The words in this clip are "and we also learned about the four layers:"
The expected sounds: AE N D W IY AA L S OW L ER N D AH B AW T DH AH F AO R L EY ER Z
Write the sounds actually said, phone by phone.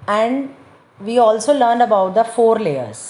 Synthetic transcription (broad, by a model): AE N D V IY AA L S OW L ER N D AH B AW T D AH F AO R L EY ER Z